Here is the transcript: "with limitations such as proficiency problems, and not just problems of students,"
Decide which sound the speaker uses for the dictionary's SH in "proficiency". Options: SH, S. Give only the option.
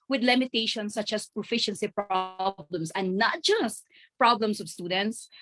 SH